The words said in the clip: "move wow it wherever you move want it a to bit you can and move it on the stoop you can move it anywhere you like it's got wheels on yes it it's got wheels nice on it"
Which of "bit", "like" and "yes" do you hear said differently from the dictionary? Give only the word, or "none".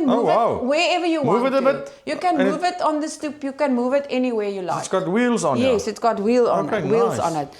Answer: like